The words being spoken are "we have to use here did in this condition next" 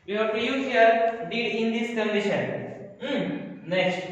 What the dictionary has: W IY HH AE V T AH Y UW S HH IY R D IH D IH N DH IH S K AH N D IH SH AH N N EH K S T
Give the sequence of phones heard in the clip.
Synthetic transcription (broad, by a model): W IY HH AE P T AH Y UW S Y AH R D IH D IH N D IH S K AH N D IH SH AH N N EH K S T